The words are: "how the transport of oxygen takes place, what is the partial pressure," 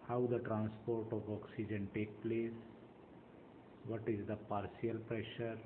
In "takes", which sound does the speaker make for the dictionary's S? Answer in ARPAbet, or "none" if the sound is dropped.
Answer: none